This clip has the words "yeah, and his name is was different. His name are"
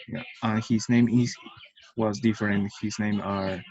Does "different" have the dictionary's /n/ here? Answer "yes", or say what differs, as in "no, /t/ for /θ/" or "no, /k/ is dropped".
yes